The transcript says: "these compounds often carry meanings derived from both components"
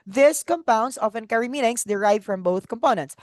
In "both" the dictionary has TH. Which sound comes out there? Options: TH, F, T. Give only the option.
TH